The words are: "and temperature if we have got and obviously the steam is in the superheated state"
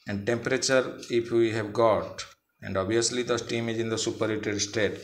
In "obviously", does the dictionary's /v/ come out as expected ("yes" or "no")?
no